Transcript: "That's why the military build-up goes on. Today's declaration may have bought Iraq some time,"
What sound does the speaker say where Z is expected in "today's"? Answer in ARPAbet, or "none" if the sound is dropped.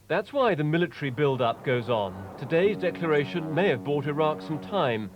Z